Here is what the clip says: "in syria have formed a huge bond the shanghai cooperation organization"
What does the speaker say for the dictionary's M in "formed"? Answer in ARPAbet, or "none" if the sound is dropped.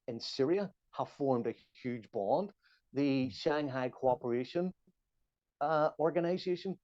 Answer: M